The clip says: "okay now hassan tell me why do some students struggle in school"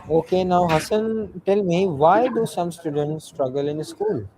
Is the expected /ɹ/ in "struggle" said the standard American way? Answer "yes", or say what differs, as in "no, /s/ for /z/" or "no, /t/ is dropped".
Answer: yes